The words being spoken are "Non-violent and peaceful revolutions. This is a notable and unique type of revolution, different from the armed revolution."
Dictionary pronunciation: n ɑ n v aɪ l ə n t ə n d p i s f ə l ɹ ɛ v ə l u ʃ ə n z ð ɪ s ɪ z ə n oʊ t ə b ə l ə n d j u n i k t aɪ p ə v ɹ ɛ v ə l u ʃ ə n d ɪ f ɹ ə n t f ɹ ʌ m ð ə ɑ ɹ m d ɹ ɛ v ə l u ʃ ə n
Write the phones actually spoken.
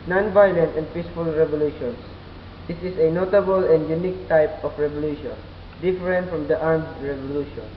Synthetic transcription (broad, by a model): n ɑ n v aɪ l ə n t ə n d p i s f ə l ɹ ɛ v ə l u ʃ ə n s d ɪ s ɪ s ə n oʊ t ə b ə l ə n d j u n i k t aɪ p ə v ɹ ɛ v ə l u ʃ ə n d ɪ f ɹ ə n t f ɹ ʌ m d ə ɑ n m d ɹ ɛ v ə l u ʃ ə n